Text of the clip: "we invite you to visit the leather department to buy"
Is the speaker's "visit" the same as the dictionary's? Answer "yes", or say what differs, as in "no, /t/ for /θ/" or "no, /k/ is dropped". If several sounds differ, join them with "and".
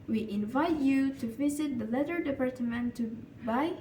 yes